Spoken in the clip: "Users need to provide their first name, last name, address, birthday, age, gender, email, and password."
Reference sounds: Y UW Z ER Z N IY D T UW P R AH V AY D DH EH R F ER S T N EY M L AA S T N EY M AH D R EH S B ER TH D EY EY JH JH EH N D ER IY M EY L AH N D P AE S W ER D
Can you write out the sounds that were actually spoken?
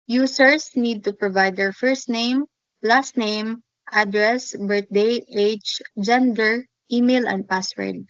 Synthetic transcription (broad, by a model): Y UW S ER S N IY D T UW P R AH V AY D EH R F ER S T N EY M L AA S T N EY M AH D R EH S B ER T D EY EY CH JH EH N D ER IY M EY L AH N D P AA S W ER D